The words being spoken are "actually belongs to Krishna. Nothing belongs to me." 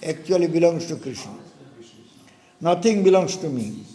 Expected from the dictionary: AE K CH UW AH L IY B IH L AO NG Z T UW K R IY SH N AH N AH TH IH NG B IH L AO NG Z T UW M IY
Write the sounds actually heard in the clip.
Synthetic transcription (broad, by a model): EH K CH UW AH L IY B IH L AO NG S T UW K R IY SH N AH N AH T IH NG B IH L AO NG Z T UW M IY